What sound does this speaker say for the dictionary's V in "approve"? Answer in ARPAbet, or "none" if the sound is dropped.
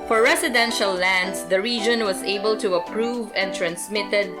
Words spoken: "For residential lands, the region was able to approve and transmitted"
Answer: V